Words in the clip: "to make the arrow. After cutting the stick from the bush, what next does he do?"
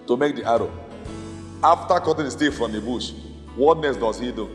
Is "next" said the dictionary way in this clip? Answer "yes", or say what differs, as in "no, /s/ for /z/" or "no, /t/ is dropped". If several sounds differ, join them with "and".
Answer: no, /k/ is dropped